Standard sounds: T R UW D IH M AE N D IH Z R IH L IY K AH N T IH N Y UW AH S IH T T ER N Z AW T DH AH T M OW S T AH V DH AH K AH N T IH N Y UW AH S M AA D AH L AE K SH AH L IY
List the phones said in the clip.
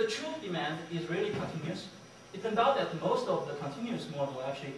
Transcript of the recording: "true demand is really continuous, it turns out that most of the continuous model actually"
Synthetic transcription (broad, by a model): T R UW D IH M AE N D IH Z R IH L IY K AH N T IH N Y UW AH S IH T S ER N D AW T DH AH T M OW S T AH V DH AH K AH N T IH N Y UW AH S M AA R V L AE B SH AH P